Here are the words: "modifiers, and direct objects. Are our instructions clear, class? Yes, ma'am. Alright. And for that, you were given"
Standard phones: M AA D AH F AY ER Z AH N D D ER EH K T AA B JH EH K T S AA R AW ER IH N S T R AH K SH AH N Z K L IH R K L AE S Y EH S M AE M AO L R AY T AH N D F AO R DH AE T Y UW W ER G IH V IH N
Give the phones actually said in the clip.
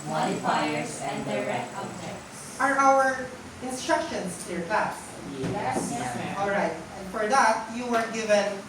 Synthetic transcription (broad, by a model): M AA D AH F AY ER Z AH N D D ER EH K AA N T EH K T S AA R AW ER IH N S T R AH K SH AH N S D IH R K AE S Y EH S AO L R AY T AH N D F AO R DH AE T Y UW W ER G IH V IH N